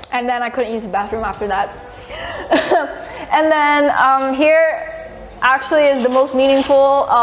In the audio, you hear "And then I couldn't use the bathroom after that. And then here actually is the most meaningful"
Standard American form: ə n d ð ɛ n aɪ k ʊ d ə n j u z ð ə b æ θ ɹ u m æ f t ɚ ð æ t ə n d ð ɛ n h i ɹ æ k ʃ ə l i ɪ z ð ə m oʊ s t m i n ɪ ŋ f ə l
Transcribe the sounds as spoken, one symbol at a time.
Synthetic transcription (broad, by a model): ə n ð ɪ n aɪ k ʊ d n j u z ð ə b æ θ ɹ u m æ f t ɚ ð æ t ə n ð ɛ n h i ɹ æ k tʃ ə l i ɪ z ð ə m oʊ s t m i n ɪ ŋ f l